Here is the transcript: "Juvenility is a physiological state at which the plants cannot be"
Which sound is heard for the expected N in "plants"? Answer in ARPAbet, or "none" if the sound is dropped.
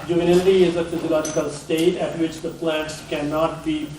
none